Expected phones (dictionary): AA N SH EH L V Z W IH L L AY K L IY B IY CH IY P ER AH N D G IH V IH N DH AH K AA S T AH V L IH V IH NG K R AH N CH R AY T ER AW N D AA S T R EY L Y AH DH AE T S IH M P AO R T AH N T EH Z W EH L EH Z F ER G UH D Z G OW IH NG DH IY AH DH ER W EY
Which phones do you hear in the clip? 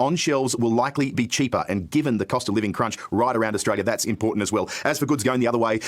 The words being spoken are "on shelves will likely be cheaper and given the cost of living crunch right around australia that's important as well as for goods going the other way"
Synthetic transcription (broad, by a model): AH N SH EH L V Z W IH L L AY K L IY B IY CH IY P ER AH N G IH V IH N DH AH K AA S T AH V L IH V IH NG K R AH N CH R AY T ER AW N D AA S T R EY L Y AH DH AE T S IH M P AO R T N T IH Z W EH L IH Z F ER G UH D Z G OW IH NG DH IY AH DH ER W EY